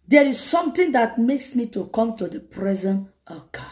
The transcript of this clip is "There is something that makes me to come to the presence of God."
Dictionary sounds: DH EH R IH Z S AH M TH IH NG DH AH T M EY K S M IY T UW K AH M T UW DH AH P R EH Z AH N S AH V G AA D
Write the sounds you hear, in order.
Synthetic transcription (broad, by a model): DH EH R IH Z S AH M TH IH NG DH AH T M EY K S M IY T UW K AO M T UW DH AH P R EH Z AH N AH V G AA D